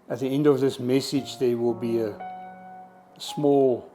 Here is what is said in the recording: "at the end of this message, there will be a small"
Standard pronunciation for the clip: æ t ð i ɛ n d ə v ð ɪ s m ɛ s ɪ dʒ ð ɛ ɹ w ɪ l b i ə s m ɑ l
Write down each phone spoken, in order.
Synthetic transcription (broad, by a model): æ t ð i ɛ n d ə v ð ɪ s m ɛ s ɪ dʒ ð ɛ w ɪ l b i ə s m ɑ l